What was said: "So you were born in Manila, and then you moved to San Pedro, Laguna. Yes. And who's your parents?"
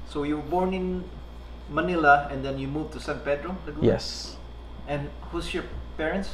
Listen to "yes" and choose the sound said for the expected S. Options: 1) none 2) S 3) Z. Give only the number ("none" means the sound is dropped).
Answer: 2